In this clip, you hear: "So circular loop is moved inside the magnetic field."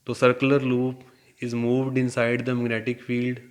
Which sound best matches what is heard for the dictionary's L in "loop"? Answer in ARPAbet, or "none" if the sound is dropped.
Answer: L